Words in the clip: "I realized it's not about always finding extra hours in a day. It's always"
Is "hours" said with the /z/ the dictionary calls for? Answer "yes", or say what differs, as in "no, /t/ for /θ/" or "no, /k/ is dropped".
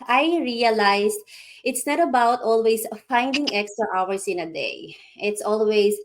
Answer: no, /s/ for /z/